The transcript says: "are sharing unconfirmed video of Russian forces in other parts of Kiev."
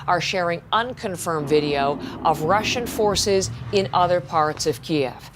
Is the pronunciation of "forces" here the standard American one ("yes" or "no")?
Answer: yes